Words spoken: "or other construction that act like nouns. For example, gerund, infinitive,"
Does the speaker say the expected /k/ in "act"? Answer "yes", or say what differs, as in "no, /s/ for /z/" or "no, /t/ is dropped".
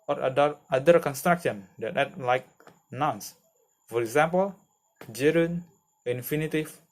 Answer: no, /k/ is dropped